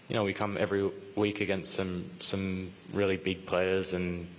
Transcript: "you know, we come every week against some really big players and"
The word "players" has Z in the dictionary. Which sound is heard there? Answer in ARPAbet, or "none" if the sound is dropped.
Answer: Z